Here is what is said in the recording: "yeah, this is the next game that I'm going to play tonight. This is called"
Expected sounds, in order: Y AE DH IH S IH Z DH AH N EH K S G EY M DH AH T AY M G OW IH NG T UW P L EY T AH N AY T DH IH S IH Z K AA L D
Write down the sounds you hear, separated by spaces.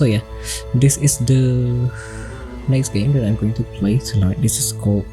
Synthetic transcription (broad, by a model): Y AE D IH S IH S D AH N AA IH S G EY M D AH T AY M G OW IH NG T UW P L EY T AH L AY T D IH S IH S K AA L